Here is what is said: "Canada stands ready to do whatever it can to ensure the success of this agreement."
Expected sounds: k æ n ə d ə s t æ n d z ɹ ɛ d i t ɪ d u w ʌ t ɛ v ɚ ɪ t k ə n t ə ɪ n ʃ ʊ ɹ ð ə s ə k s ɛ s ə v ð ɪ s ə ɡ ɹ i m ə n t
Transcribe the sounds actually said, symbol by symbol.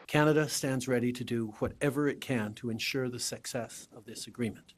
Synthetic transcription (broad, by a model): k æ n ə d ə s t æ n d z ɹ ɛ d i t ɪ d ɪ w ʌ t ɛ v ɚ ɪ t k ə n t ə ɪ n ʃ ʊ ɹ ð ə s ə k s ɛ s ə v ð ɪ s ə ɡ ɹ i m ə n t